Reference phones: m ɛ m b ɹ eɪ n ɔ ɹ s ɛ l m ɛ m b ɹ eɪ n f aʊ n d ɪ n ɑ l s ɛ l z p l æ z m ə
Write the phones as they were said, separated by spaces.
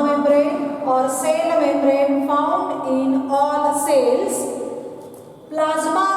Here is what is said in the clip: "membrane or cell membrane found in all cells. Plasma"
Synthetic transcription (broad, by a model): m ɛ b ɹ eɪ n ɔ ɹ s ɛ l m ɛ b ɹ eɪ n p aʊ n d ɪ n ɑ l s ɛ l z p l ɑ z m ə